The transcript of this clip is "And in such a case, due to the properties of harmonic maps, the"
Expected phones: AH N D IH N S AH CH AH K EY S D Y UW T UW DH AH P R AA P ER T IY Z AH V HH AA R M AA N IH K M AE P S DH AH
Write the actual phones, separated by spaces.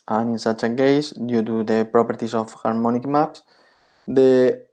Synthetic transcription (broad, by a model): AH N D IH N S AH CH AH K EY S D Y UW T UW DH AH P R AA P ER T IY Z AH F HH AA R M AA N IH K M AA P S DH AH